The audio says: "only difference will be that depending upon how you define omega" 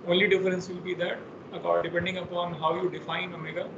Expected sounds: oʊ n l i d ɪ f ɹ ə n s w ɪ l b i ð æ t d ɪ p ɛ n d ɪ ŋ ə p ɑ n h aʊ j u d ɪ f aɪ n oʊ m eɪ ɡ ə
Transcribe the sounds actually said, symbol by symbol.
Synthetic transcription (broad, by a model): oʊ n l i d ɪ f ɹ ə n s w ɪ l b i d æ t d ɪ p ɛ n d ɪ ŋ ə p ɑ n h aʊ j u d ɪ f aɪ n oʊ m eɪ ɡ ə